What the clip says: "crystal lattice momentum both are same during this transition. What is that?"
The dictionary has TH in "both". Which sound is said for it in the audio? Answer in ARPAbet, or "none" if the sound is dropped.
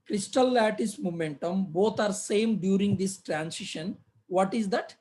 T